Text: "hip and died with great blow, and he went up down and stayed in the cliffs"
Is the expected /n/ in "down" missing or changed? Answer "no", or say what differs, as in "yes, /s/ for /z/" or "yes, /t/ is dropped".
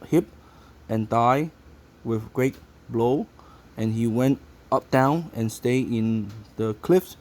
no